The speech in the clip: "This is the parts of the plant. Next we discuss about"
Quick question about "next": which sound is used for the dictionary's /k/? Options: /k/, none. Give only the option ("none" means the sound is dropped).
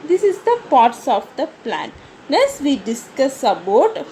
none